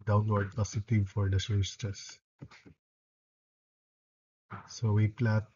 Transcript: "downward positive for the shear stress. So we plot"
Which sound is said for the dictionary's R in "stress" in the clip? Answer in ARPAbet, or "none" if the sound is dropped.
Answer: none